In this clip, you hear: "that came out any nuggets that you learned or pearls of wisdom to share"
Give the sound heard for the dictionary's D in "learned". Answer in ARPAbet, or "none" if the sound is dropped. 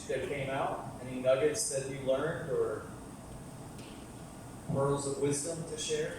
D